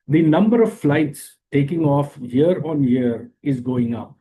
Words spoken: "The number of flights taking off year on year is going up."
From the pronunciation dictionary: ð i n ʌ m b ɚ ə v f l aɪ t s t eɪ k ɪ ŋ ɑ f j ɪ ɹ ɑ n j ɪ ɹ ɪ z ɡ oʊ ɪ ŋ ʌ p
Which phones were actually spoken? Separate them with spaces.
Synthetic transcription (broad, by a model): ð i n ʌ m b ɚ ə v f l aɪ t s t eɪ k ɪ ŋ ɑ f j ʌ ɹ ɑ n j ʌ ɹ ɪ z ɡ oʊ ɪ ŋ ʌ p